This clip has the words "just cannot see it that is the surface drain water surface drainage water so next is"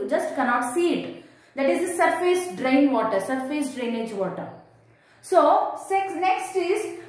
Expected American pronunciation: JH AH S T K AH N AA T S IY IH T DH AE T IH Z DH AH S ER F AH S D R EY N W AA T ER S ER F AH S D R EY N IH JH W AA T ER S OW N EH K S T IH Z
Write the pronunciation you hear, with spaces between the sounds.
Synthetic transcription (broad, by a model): JH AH S T K AH N AA T S IY IH T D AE T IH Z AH S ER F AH S D R EY N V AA T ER S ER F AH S D R EY N IH JH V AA T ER S OW N EH K S T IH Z